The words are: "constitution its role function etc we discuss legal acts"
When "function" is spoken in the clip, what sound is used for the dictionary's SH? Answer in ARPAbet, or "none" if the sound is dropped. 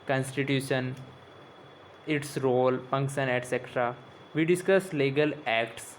S